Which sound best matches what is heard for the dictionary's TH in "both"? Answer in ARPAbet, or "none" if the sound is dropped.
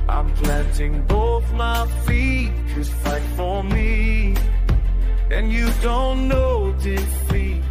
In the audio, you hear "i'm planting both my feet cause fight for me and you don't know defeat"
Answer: TH